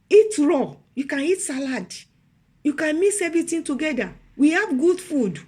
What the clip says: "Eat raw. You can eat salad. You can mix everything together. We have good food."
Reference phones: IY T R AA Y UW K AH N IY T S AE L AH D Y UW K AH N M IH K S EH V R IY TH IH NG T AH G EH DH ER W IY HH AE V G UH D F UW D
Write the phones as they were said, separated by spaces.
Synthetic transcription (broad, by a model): IY T R AA Y UW K AH N IY T S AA L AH D Y UW K AH N M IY S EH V R IY T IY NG T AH G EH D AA W IY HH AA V G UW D F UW D